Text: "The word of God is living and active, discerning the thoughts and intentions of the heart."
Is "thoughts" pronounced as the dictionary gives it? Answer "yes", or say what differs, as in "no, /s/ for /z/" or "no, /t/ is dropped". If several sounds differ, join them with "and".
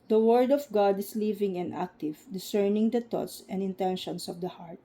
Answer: no, /t/ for /θ/